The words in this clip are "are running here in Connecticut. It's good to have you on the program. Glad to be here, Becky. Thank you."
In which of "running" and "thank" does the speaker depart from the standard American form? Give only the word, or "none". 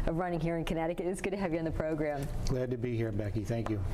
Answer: none